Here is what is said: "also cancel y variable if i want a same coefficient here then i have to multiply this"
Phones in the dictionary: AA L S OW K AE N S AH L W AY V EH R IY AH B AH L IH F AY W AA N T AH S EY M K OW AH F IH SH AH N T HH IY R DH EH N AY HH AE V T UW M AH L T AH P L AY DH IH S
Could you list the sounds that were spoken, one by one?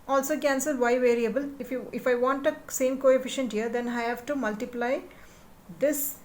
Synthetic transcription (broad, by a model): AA L S OW K AE N S AH L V AY V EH R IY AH B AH L IH F AY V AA N T AH S EY M K OW AH F IH SH AH N T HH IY R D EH N AY HH AE V T UW M AH L T AH P L AY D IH S